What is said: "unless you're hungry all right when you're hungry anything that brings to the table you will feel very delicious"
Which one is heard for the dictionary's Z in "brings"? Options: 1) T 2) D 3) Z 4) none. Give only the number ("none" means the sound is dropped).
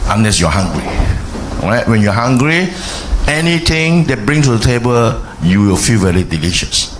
4